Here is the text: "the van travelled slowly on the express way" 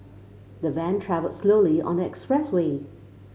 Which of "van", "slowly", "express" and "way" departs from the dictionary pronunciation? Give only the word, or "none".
none